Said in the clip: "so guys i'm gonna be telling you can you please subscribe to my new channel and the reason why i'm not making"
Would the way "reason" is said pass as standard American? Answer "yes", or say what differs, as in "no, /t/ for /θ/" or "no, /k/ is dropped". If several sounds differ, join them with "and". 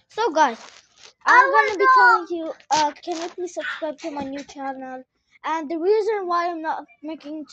yes